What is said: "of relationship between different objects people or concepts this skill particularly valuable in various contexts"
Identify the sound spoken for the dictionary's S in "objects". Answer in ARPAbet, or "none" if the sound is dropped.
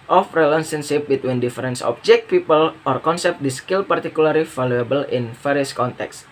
none